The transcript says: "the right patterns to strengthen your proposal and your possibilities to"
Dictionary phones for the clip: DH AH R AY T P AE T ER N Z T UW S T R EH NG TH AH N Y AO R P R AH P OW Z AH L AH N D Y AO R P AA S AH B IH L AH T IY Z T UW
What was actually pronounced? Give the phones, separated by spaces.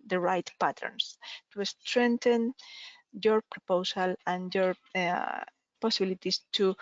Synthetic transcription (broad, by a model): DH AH R AY T P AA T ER N S T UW S T R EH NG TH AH N Y AO R P R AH P OW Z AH L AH N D Y AO R P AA S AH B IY L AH T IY S T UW